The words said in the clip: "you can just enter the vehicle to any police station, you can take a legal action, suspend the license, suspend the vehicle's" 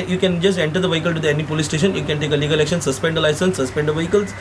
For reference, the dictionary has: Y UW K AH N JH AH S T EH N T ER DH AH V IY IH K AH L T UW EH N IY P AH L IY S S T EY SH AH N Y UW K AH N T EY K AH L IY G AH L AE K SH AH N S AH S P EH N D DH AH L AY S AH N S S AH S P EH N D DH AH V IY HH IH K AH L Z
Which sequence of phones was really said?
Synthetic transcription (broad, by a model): Y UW K AH N JH AH S T EH N T ER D AH V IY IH K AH L T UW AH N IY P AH L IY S S T EY SH AH N Y UW K AH N T EY K AH L IY G AH L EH K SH AH N S AH S P EH N D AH L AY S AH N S S AH S P EH N D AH V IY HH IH K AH L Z